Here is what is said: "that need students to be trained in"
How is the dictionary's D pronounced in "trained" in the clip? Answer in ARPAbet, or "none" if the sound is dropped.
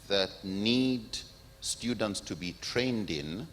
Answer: D